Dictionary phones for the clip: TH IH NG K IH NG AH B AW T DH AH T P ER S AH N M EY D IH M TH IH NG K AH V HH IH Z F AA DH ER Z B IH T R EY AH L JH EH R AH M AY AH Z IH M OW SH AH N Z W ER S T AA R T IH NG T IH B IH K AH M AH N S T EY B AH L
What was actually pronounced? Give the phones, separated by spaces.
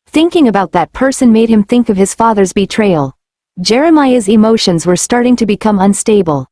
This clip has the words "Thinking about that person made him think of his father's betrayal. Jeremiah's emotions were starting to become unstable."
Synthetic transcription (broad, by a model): TH IH NG K IH NG AH B AW T DH AH T P ER S AH N M EY D IH M TH IH NG K AH V IH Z F AA DH ER Z B IH T R EY AH L JH EH R AH M AY AH Z IH M OW SH AH N Z W ER S T AA R T IH NG T IH B IH K AH M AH N S T EY B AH L